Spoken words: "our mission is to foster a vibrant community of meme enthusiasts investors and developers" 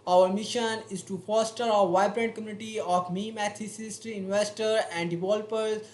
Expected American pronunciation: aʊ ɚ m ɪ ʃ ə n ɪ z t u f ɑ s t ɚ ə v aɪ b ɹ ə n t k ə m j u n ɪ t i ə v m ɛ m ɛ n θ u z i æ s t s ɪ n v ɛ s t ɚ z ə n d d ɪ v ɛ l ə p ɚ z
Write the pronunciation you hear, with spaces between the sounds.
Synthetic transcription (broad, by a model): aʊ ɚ m ɪ ʃ ə n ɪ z t u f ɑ s t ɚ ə v aɪ b ɹ ə n t k ə m j u n ɪ t i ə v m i m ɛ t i s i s t ɪ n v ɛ s t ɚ ə n d d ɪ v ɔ l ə p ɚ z